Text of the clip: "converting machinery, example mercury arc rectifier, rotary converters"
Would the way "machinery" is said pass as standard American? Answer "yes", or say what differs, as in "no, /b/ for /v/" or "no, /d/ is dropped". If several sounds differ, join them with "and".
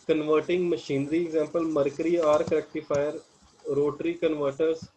yes